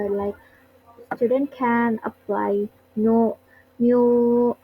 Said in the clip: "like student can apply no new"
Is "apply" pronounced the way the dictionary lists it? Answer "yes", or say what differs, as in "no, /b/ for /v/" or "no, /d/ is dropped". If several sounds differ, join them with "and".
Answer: yes